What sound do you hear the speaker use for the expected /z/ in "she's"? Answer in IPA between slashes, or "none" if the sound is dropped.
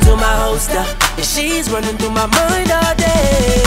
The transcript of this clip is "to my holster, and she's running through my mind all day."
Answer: /z/